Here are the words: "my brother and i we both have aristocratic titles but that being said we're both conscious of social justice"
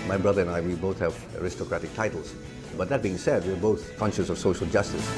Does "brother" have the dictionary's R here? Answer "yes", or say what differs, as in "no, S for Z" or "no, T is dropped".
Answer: yes